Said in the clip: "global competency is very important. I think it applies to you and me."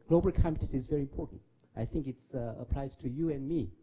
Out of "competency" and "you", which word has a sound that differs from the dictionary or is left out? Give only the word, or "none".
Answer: competency